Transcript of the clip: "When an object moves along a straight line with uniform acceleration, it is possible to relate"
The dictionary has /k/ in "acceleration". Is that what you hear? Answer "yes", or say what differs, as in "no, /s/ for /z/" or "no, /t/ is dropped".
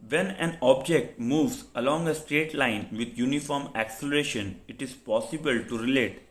yes